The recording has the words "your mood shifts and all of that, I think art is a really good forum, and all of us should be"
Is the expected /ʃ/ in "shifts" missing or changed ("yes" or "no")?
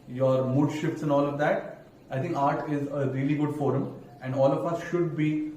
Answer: no